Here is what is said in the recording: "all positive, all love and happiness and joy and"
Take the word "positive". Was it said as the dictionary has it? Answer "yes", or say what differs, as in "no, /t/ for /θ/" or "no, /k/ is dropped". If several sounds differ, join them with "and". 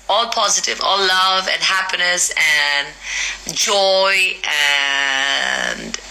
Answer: yes